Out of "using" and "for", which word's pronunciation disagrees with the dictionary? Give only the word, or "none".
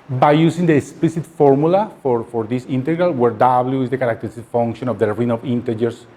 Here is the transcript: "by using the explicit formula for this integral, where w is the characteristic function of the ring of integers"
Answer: using